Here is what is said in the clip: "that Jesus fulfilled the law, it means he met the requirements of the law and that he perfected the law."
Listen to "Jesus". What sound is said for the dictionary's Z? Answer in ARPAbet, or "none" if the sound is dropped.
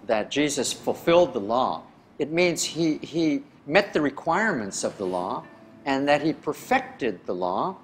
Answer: Z